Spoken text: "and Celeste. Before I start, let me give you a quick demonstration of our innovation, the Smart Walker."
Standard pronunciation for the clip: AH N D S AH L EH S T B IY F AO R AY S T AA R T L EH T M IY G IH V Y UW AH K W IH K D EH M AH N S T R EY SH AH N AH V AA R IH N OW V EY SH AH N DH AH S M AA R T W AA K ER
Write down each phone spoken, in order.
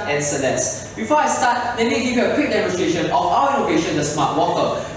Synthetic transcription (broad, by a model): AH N S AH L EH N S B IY F AO AY S T AA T L EH T M IY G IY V Y UW AH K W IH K D EH M AH N S T R EY SH AH N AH F AA W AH L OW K EY SH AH N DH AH S M AA T W AA K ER